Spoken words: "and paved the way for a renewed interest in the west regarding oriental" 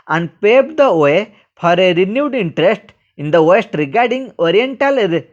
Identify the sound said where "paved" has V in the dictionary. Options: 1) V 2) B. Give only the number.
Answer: 2